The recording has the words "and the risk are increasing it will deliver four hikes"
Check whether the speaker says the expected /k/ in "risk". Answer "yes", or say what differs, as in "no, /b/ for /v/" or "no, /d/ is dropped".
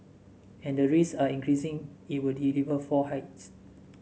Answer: no, /k/ is dropped